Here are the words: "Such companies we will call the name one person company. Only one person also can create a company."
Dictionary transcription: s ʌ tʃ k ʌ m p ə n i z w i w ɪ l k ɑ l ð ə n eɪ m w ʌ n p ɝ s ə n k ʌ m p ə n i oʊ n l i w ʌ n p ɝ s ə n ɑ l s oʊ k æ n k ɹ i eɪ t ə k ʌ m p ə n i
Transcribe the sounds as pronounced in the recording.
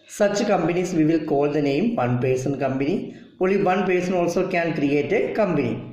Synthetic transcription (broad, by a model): s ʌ tʃ k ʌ m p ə n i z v i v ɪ l k ɑ l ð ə n eɪ m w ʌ n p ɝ s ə n k ʌ m p ə n i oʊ l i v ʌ n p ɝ s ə n ɑ l s oʊ k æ n k ɹ i eɪ t ə k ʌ m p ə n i